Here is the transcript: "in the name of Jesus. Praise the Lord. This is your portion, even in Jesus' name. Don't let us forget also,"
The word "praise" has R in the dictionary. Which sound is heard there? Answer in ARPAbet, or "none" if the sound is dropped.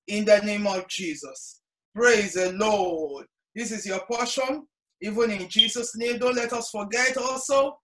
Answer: R